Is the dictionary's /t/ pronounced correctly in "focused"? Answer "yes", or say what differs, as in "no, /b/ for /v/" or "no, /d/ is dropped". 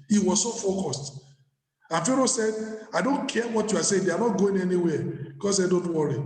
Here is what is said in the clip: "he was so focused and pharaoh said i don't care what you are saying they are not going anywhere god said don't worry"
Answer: yes